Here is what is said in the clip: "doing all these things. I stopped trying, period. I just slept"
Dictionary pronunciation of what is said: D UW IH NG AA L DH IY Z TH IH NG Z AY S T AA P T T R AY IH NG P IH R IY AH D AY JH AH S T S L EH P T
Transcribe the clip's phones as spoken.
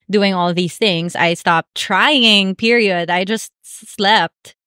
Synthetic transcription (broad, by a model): D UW IH NG AA L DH IY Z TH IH NG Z AY S T AA P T T R AY IH NG P IH R IY AH D AY JH AH S T S L EH P T